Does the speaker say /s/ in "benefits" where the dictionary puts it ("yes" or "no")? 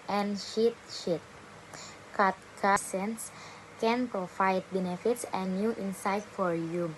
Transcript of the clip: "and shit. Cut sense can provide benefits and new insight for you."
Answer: yes